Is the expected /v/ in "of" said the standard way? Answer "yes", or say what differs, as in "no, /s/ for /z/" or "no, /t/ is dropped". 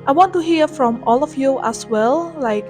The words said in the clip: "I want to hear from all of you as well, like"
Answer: no, /f/ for /v/